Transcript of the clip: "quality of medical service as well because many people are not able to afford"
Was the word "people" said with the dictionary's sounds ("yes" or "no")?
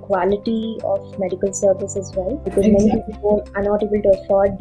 no